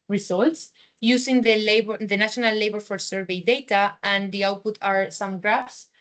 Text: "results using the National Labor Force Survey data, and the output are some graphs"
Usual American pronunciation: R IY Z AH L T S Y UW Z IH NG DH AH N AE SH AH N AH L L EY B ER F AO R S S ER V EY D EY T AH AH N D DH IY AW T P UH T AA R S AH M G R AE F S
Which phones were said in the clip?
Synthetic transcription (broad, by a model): R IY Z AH L T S Y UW S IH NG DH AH N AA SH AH N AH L L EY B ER F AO R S S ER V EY D EY T AH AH N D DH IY AW T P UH T AA R S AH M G R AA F S